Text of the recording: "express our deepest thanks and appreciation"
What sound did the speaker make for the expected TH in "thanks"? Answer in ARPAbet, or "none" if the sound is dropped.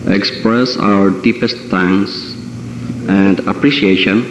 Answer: T